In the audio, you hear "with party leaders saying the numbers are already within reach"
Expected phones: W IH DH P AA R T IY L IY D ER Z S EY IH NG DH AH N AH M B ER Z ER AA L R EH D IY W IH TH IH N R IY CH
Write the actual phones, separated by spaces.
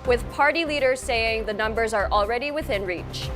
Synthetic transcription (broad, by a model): W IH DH P AA R T IY L IY D ER Z S EY IH NG DH AH N AH M B ER Z ER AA L R EH D IY W IH TH IH N R IY CH